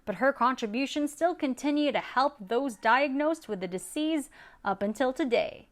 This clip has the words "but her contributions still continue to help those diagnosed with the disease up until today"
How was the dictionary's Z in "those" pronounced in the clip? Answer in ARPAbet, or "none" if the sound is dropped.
Z